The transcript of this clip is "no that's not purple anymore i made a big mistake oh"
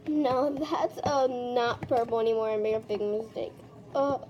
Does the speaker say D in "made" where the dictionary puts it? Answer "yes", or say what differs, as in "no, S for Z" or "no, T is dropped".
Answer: no, D is dropped